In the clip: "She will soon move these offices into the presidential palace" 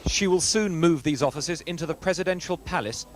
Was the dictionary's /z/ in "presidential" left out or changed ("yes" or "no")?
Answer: no